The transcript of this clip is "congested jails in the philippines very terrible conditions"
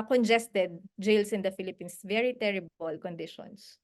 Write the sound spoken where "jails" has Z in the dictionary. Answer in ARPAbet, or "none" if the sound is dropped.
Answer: S